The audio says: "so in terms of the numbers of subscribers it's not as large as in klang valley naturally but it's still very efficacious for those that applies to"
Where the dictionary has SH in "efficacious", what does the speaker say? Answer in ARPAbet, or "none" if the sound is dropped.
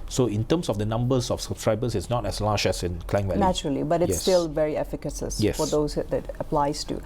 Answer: S